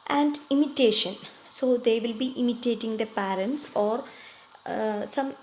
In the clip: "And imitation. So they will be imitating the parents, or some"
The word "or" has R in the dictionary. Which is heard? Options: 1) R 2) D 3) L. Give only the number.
1